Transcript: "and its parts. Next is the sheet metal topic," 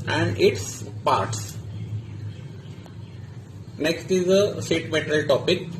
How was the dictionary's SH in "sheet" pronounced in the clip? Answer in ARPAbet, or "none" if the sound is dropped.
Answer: S